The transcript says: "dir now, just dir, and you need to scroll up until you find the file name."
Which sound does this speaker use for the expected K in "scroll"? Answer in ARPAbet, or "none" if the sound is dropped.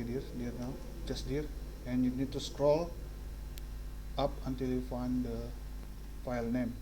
K